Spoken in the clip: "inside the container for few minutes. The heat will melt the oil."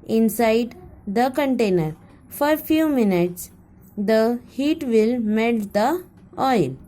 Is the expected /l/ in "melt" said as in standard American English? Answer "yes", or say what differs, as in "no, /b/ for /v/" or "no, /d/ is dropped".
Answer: no, /l/ is dropped